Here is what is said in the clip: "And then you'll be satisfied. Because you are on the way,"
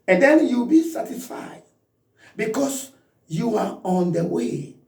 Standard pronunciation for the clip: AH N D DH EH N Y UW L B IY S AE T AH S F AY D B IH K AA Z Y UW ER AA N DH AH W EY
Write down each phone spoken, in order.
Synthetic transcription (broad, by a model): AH N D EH N Y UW B IY S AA T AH S F AY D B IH K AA S Y UW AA AA N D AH W EY